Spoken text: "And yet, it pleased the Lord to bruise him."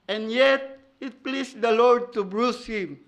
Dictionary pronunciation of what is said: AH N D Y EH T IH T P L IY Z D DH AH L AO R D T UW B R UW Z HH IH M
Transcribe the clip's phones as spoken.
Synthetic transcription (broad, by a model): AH N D Y EH T IH T P L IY S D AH L AO R D T UW B R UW S HH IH M